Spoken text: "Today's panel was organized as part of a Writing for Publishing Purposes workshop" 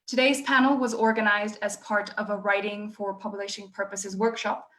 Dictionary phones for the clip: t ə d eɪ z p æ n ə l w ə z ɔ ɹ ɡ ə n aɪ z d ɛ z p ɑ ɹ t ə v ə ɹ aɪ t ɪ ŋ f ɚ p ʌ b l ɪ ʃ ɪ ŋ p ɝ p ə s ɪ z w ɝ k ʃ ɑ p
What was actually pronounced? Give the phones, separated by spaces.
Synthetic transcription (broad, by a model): t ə d eɪ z p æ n l w ə z ɔ ɹ ɡ ə n aɪ z d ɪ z p ɑ ɹ t ə v ə ɹ aɪ t ɪ ŋ f ɚ p ʌ b l ɪ ʃ ɪ ŋ p ɝ p ə s ɪ z w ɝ k ʃ ɑ p